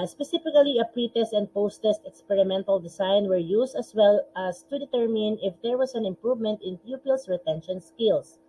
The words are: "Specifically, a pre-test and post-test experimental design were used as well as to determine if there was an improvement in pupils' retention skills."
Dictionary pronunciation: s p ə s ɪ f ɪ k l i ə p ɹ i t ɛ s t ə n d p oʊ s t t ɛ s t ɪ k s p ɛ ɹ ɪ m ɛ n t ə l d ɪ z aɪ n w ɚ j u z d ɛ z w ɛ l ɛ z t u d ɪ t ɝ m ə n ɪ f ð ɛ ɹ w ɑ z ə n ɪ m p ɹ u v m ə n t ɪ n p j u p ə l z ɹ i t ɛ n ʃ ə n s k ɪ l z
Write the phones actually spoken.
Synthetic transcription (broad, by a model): s p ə s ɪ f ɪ k l i ə p ɹ i t ɛ s t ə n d p oʊ s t t ɛ s t ɪ k s p ɛ ɹ ɪ m ɛ n t ə l d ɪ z aɪ n w ɚ j u s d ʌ s w ɛ l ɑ s t u d ɪ t ɝ m ə n ɪ f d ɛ ɹ w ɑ s ə n ɪ m p ɹ u v m ə n t ɪ n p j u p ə l s ɹ i t ɛ n ʃ ə n s k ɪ l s